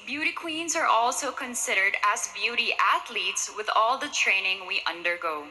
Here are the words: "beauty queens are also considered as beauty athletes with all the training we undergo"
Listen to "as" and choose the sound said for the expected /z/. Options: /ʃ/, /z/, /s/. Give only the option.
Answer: /z/